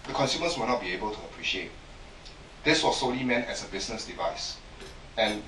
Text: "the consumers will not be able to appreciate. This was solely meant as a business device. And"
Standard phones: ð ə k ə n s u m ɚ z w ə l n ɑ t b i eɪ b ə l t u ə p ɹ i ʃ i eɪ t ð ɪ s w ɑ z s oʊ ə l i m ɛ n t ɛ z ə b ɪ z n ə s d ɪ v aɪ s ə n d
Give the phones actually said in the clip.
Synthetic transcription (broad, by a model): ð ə k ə n s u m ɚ s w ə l n ɑ t b i eɪ b ə l t u ə p ɹ i ʃ i eɪ t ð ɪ s w ɑ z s oʊ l i m ɛ n t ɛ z ə b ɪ s n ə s d ɪ v aɪ s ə n